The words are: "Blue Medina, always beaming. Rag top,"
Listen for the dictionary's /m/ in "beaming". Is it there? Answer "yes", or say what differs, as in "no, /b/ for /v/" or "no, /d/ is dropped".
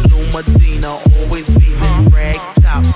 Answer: no, /m/ is dropped